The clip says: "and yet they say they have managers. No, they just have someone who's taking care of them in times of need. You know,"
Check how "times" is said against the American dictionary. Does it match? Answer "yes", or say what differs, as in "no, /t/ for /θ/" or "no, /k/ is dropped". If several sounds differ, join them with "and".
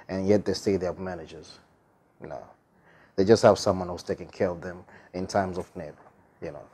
yes